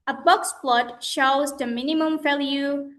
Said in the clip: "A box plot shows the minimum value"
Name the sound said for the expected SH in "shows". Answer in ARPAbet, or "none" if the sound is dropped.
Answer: SH